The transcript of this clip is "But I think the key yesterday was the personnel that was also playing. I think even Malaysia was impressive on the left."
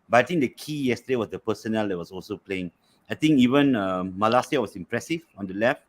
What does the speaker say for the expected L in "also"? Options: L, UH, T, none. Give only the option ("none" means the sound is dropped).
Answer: L